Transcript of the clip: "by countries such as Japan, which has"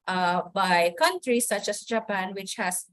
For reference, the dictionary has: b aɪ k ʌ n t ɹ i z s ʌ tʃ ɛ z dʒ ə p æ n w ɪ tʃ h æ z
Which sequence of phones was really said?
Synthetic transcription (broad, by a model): b aɪ k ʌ n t ɹ i s ʌ tʃ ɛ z dʒ ə p æ n w ɪ tʃ h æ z